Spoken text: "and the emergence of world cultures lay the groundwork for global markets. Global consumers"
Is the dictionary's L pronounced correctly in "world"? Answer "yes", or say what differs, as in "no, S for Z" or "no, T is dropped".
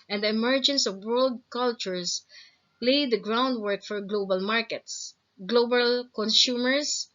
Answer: yes